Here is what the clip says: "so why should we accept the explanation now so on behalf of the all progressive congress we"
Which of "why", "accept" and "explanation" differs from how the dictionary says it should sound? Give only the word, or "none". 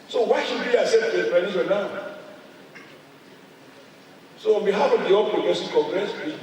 explanation